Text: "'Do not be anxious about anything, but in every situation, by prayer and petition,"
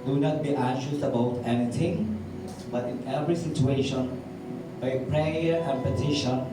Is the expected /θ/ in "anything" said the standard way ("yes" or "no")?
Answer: no